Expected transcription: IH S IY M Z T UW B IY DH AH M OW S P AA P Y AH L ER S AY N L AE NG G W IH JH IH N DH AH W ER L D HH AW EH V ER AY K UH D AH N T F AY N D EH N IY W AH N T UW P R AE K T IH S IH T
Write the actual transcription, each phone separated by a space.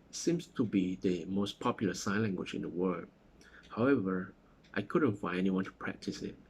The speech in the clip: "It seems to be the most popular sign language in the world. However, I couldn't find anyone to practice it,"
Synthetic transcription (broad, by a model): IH S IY M S T UW B IY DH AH M OW S P AA P Y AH L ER S AY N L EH NG G W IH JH IH N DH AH W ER L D HH AW EH V ER AY K UH D AH N T F AY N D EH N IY W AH N T UW P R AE K T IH S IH T